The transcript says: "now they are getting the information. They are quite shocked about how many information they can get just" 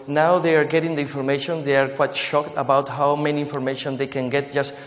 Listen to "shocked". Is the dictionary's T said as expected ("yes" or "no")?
yes